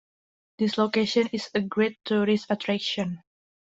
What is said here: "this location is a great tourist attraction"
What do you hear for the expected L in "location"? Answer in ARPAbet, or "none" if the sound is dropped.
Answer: L